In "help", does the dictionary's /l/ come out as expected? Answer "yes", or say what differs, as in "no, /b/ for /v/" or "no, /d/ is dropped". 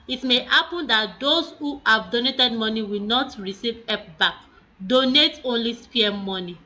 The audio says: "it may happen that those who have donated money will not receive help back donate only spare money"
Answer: no, /l/ is dropped